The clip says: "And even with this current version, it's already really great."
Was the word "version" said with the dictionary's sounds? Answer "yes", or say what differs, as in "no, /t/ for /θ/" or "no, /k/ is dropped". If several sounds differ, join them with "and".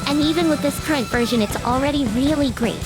yes